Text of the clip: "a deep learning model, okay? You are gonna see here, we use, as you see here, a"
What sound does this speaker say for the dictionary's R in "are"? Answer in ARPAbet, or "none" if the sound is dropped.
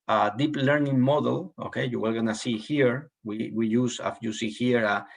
L